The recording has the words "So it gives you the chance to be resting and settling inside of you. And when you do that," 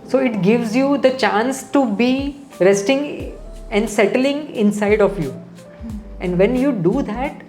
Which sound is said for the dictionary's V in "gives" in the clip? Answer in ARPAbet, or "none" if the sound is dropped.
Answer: V